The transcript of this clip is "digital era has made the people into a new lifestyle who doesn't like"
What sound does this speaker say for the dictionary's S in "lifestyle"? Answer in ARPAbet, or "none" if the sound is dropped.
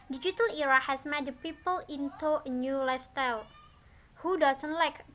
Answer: none